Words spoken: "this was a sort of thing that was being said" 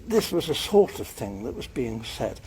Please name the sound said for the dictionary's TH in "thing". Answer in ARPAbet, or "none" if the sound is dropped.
TH